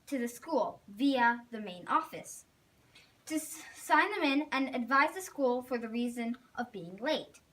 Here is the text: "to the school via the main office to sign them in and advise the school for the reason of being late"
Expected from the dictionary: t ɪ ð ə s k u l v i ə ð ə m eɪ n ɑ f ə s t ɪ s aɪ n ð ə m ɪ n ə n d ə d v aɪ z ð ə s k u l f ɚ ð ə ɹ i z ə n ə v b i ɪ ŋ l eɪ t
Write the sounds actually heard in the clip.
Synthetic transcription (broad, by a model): t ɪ ð ə s k u l v i ə ð ə m eɪ n ɑ f ə s t ɪ s aɪ n ð ə m ɪ n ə n ə d v aɪ z ð ə s k u l f ɚ ð ə ɹ i z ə n ə v b i ɪ ŋ l eɪ t